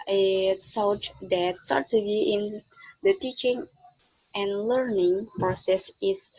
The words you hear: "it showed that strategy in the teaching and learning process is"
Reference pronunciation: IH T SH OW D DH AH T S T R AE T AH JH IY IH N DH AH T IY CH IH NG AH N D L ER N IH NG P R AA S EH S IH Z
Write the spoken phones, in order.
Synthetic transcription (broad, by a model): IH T S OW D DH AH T S T R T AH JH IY IH N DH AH T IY CH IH NG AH N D L ER N IH NG P R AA S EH S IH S